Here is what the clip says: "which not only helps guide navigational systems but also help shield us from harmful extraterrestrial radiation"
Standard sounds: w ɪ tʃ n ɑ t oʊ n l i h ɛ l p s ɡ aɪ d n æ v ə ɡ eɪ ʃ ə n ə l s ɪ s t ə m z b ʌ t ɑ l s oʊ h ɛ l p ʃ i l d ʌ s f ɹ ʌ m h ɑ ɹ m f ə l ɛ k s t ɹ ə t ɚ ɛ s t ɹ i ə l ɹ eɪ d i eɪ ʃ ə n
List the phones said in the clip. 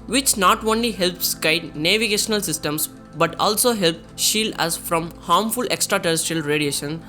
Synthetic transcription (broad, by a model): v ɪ tʃ n ɑ t oʊ n l i h ɛ l p s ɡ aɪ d n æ v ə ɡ eɪ ʃ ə n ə l s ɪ s t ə m s b ʌ t ɑ l s oʊ h ɛ l p ʃ i l d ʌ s f ɹ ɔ m h ɑ ɹ m f ə l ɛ k s t ɹ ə t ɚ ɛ s t ɹ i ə l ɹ eɪ d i eɪ ʃ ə n